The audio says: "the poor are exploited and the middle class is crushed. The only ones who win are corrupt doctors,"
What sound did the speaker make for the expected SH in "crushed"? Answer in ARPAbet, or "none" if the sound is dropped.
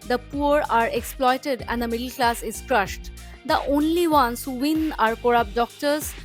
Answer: SH